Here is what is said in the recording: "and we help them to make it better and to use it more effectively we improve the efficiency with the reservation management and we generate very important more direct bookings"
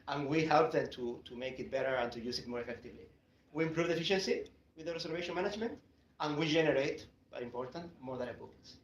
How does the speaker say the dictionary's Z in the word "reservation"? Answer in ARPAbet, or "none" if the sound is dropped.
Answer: S